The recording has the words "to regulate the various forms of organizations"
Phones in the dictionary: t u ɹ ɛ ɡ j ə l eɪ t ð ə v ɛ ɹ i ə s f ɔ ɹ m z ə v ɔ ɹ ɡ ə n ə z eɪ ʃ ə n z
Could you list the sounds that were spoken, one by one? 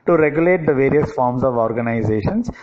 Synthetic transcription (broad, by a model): t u ɹ ɛ ɡ j ə l eɪ t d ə v ɛ ɹ i ə s f ɔ ɹ m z ə v ɔ ɹ ɡ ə n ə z eɪ ʃ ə n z